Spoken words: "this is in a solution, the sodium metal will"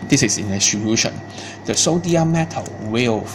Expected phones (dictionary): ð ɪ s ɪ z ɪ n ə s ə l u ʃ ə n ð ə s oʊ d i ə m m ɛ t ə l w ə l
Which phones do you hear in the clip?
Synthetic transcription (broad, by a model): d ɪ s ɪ s ɪ n ə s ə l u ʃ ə n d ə s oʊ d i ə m m ɛ t ə l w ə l